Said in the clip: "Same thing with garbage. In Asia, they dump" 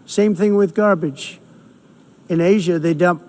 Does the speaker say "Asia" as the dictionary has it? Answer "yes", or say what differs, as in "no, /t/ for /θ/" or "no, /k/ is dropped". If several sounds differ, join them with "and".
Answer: yes